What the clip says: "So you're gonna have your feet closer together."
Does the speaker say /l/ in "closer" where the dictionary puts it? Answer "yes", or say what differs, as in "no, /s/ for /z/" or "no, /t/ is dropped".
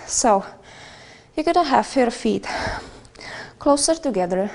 yes